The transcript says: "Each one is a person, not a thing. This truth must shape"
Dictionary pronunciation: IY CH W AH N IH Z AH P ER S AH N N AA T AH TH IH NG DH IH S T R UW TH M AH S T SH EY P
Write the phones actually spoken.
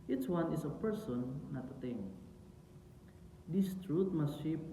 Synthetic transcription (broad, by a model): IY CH W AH N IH S AH P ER S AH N N AA T AH T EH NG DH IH S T R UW T M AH S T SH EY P